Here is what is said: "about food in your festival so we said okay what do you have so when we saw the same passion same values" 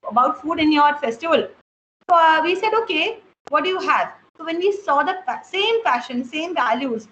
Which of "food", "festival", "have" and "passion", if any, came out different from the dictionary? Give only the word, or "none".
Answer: passion